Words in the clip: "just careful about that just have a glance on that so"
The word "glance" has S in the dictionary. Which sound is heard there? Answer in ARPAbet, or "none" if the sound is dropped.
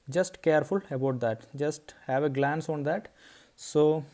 S